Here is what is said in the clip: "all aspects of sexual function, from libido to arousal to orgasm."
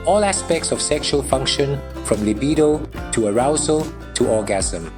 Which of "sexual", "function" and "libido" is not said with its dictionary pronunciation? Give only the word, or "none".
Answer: none